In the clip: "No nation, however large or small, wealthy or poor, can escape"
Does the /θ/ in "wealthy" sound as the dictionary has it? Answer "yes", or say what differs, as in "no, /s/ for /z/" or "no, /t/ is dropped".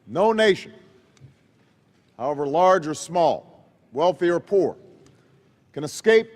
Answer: yes